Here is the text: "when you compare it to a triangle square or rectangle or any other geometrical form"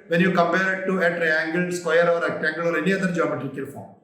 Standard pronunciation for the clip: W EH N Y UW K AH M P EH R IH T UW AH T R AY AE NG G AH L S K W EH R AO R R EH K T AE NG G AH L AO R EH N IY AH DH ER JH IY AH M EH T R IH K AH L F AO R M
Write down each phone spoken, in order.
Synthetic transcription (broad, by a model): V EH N Y UW K AH M P EH R IH T UW AH T R AY AE NG G AH L S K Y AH R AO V R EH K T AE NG G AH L AO R EH N IY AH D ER JH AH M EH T IH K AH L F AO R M